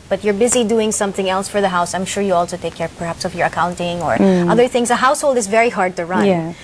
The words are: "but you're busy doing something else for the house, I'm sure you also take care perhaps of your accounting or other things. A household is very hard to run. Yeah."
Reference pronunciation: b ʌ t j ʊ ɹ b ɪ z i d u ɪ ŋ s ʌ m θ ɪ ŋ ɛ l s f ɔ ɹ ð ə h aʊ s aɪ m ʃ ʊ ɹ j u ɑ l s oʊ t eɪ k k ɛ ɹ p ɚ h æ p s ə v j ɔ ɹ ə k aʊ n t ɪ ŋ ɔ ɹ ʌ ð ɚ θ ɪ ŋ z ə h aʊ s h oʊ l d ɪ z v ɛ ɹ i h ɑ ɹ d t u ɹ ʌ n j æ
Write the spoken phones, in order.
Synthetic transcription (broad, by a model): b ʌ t j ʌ ɹ b ɪ z i d u ɪ ŋ s ʌ m θ ɪ ŋ ɛ l s f ɔ ɹ ð ə h aʊ s aɪ m ʃ ʊ ɹ j u ɑ l s oʊ t eɪ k k ɛ ɹ p ɚ h æ p s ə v j ɔ ɹ ə k aʊ n t ɪ ŋ ɔ ɹ ʌ ð ɚ θ ɪ ŋ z ə h aʊ s h oʊ l d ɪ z v ɛ ɹ i h ɑ ɹ d t u ɹ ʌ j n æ